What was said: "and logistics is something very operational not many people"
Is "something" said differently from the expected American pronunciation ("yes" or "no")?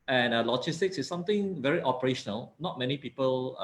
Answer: yes